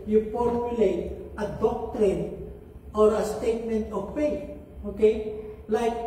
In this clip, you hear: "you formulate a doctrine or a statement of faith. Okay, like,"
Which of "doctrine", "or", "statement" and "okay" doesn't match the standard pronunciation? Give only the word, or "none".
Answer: none